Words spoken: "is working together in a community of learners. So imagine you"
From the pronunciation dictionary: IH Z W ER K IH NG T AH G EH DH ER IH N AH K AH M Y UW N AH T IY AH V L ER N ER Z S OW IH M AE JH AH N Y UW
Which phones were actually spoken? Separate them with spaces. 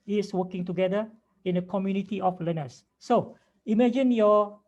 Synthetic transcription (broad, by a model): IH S W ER K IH NG T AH G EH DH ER IH N AH K AH M Y UW N AH T IY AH F L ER N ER S OW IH M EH JH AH N Y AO